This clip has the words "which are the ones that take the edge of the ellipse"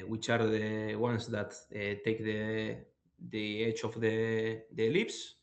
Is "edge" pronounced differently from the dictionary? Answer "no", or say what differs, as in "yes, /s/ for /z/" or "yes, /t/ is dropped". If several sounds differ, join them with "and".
yes, /tʃ/ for /dʒ/